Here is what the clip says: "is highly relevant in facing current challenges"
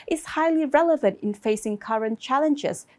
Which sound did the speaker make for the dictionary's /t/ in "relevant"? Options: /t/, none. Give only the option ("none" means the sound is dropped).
/t/